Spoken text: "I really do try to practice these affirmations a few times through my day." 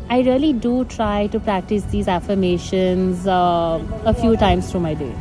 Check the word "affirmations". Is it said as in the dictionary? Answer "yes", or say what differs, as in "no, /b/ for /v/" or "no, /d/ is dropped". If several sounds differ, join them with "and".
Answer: yes